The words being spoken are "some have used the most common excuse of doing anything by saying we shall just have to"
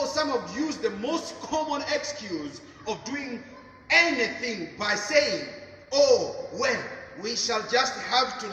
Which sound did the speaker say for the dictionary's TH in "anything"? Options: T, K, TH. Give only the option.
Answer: TH